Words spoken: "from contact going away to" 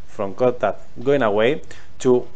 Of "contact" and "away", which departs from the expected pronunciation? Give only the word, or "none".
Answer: contact